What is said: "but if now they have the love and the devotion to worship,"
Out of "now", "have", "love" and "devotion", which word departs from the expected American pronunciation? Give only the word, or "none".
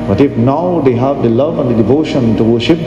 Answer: none